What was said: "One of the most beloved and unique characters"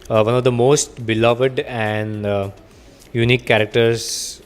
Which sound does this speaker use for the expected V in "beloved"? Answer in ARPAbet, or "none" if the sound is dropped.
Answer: V